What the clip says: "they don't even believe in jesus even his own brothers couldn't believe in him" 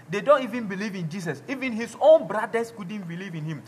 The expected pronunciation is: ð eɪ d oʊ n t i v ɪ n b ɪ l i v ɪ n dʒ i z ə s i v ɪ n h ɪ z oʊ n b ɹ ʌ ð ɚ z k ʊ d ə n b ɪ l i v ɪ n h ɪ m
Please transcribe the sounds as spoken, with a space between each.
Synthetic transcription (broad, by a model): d eɪ d oʊ n t i v ɪ n b ɪ l i v ɪ n dʒ i s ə s i v ɪ n h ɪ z oʊ n b ɹ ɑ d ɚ s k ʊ d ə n b ɪ l i v ɪ n h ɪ m